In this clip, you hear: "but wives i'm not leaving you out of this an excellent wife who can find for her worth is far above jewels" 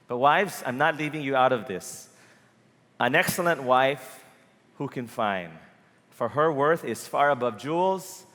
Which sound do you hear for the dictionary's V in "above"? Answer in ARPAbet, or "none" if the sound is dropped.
V